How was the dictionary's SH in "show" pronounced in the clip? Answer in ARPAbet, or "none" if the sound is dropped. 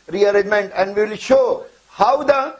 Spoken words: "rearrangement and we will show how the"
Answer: SH